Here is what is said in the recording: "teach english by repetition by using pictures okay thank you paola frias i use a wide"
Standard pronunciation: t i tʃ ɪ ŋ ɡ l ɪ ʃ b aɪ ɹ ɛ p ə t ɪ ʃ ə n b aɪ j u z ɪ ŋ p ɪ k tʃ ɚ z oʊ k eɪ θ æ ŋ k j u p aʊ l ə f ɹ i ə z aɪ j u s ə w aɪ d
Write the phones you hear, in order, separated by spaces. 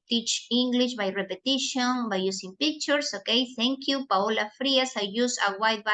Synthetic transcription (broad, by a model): t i tʃ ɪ ŋ ɡ l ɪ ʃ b aɪ ɹ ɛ p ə t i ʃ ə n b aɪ j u s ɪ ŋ p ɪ k tʃ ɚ s oʊ k eɪ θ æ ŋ k j u p aʊ l ə f ɹ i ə s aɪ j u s ə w aɪ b